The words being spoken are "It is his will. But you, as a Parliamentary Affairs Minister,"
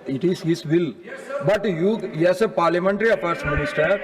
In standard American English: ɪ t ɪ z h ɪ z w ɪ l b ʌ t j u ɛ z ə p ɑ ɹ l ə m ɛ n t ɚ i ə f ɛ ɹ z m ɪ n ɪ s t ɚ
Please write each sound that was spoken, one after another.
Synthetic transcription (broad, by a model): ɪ t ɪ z h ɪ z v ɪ l b ʌ t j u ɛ s ə p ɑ ɹ l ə m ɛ n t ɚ i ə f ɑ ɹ s m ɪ n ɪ s t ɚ